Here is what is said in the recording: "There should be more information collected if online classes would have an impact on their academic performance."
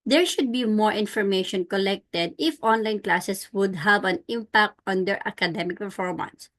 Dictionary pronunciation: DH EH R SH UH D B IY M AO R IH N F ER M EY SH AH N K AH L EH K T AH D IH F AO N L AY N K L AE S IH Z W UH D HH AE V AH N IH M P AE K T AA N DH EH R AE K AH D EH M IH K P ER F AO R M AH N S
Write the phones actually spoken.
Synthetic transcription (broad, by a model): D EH R SH UH D B IY M AO R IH N F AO M EY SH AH N K AH L EH K T AH D IH F AO N L AY N K L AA S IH S W UH D HH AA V AH N IH M P AE K T AA N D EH R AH K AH D EH M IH K P ER F AO R M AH N S